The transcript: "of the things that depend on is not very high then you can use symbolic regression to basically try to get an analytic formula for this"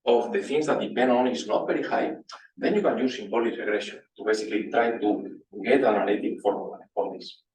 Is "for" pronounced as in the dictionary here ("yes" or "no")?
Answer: no